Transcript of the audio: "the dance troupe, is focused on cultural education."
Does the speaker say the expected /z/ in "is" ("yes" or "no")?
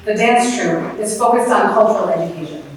no